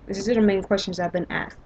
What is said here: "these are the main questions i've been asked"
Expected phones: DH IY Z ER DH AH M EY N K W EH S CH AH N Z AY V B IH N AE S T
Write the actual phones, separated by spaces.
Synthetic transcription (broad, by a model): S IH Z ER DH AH M EY N K W EH S CH AH N Z AY V B IH N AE S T